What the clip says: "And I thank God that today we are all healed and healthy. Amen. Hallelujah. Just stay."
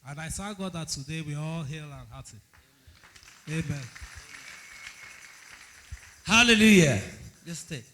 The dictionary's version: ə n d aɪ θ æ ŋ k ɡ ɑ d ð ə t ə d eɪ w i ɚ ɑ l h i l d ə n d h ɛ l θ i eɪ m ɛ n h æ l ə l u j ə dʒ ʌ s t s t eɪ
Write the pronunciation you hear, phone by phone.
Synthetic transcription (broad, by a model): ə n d aɪ s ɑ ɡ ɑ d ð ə t ə d eɪ w i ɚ ɑ l h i l ə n h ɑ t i eɪ m ɛ n h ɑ l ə l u j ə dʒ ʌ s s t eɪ